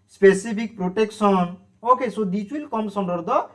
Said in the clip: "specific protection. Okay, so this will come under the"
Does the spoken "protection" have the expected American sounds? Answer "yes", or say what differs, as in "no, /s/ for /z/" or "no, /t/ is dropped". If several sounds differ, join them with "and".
no, /s/ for /ʃ/